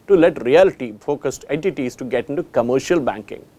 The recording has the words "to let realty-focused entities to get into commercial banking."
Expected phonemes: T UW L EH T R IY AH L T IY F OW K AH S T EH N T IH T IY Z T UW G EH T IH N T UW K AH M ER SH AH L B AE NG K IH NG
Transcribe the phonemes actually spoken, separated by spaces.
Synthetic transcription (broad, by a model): T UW L EH T R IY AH L T IY F OW K AH S T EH N T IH T IY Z T UW G EH T IH N T UW K AH M ER SH AH L B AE NG K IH NG